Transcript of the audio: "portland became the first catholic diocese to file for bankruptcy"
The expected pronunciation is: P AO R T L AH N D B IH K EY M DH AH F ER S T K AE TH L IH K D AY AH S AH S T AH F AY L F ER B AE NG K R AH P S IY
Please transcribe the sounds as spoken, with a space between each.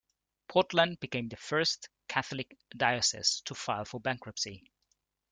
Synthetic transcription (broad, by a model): P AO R T L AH N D B IH K EY M DH AH F ER S T K AE TH L IH K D AY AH S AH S T AH F AY L F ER B AE NG K R AH P S IY